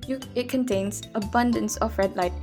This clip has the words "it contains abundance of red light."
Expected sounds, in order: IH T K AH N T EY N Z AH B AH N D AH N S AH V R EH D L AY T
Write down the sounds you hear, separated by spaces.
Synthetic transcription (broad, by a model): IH T K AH N T EY N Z AH B AH N D AH N S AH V R EH D L AY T